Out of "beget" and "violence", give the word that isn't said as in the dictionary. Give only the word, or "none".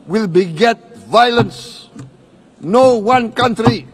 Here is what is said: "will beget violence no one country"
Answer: none